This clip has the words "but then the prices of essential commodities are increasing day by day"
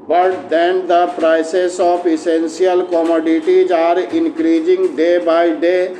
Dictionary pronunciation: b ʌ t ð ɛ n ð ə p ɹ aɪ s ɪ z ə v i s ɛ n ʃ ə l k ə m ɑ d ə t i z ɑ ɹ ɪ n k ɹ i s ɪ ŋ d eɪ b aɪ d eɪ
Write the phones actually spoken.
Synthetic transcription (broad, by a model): b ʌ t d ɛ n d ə p ɹ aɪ s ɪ s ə p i s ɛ n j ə l k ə m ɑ d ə t i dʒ ɑ ɹ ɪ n k ɹ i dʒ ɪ ŋ d eɪ b aɪ d eɪ